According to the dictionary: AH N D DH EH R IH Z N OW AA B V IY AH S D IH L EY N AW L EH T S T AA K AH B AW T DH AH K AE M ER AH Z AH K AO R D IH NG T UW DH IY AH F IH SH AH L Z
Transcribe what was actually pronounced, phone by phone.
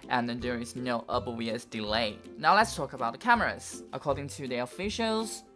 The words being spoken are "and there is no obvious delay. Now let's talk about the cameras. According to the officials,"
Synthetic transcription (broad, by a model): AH N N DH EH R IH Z N OW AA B W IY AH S D IH L EY N AW L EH T S T AA K AH B AW T DH AH K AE M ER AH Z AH K AO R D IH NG T UW DH IY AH F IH SH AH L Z